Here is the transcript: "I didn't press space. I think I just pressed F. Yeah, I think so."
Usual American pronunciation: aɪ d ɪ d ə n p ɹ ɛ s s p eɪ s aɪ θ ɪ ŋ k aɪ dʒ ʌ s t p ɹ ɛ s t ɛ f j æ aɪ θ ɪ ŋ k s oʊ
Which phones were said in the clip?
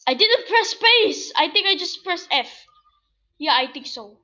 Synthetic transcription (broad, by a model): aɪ d ɪ d ə n p ɹ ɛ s s p eɪ s aɪ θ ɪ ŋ k aɪ dʒ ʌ s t p ɹ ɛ s ɛ f j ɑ aɪ t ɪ ŋ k s oʊ